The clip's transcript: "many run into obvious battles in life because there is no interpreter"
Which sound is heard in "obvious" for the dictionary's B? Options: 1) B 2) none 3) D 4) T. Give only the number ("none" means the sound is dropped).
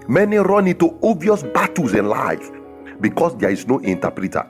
2